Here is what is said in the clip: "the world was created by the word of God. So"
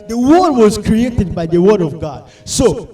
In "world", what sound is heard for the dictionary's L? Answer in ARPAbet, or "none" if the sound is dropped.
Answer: none